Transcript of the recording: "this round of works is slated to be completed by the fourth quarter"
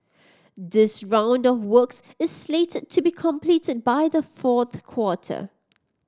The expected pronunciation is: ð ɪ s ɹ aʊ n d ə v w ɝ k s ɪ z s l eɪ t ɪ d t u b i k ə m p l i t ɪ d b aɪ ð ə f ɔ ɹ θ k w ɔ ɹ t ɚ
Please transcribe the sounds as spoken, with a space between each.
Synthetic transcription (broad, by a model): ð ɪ s ɹ aʊ n d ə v w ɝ k s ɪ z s l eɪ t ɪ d t u b i k ə m p l i t ɪ d b aɪ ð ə f ɔ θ k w ɔ t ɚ